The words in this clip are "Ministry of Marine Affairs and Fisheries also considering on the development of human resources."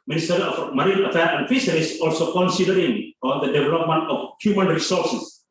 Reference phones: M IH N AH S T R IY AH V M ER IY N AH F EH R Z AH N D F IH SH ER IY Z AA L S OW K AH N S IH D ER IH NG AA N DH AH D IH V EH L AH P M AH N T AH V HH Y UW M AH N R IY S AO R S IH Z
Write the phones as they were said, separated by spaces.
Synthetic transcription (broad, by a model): M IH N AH S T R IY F M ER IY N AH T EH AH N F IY S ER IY S AA L S OW K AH N S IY D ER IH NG AA N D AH D IH V EH L AH P M AH N T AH F HH Y UW M AH N R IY S AO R S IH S